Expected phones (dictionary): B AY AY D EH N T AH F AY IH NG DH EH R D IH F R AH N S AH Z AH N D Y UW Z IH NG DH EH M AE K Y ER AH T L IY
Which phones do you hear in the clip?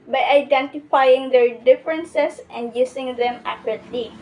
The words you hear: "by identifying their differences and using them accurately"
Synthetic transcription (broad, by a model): B AY AY D EH N T AH F AY IH NG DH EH R D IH F R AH N S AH S AH N D Y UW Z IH NG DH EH M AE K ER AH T L IY